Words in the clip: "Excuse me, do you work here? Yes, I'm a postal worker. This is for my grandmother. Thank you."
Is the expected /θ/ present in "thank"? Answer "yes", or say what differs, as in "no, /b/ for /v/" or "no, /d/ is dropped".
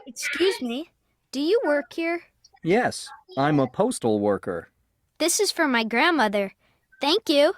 yes